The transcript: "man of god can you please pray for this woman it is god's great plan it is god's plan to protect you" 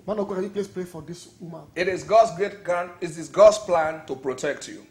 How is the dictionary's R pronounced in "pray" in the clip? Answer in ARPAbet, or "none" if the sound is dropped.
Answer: L